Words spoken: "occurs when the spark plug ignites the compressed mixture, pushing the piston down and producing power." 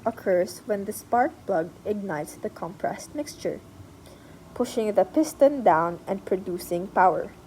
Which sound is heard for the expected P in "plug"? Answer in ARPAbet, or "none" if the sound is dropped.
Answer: B